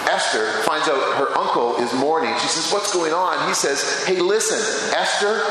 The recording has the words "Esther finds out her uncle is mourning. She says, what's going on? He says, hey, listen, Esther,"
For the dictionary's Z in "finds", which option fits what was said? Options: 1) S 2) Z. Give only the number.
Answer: 2